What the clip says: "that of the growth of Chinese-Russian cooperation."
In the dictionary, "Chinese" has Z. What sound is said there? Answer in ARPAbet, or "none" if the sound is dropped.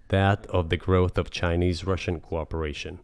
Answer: Z